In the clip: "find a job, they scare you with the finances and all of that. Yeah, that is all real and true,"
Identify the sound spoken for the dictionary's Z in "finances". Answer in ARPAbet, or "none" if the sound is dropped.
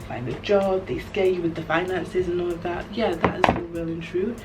Z